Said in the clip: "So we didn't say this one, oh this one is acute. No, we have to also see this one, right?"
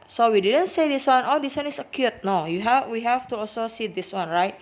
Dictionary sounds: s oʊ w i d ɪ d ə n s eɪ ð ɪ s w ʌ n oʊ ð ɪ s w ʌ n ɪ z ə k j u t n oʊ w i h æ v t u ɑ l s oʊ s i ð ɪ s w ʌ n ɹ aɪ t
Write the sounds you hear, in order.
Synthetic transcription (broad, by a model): s oʊ w i d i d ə n s eɪ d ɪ s w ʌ n oʊ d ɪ s w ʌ n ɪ s ə k j u t n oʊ w i h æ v t u ɑ l s oʊ s i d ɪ s w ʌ n ɹ aɪ t